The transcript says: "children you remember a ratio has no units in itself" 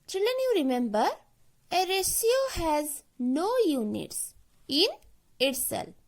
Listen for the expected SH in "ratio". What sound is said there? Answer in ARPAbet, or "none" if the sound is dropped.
S